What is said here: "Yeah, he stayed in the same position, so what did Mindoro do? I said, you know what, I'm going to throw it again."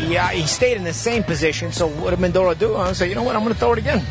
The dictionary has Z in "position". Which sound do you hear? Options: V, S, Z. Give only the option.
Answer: Z